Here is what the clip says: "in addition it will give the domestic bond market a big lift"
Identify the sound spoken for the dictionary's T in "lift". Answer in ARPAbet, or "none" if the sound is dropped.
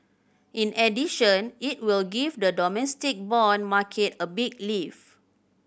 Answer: none